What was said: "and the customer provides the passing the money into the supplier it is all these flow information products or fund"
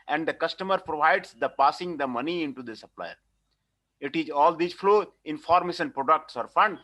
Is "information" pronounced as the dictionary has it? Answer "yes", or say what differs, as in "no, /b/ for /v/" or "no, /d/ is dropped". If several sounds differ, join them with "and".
no, /s/ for /ʃ/